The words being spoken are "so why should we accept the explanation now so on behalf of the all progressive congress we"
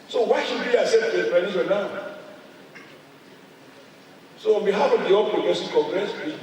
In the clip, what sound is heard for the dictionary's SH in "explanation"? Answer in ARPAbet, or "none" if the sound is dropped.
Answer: S